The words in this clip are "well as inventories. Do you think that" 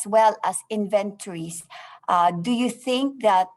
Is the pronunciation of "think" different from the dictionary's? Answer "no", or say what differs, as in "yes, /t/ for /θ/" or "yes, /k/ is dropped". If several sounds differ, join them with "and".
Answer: no